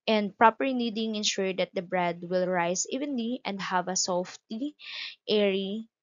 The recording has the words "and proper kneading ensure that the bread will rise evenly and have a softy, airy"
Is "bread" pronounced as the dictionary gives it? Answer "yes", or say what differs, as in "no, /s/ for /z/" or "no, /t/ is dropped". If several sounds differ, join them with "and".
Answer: yes